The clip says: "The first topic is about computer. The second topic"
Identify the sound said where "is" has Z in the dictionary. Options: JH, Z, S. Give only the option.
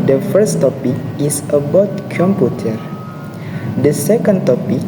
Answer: S